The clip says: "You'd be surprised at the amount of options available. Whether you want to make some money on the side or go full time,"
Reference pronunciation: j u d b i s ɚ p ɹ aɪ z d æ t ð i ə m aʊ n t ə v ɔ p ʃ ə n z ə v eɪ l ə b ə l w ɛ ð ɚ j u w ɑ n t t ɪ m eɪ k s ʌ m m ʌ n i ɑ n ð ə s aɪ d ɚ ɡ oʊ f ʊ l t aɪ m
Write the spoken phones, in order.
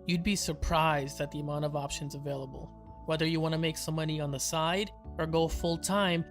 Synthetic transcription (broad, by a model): j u d b i s ɚ p ɹ aɪ z d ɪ t ð i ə m aʊ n t ə v ɔ p ʃ ə n z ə v eɪ l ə b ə l w ɛ ð ɚ j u w ɑ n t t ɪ m eɪ k s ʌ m m ʌ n i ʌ n ð ə s aɪ d ɚ ɡ oʊ f ʊ l t aɪ m